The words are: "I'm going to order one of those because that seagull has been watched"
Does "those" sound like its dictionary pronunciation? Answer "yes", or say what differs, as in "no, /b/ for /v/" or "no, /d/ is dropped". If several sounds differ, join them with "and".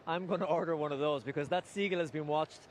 yes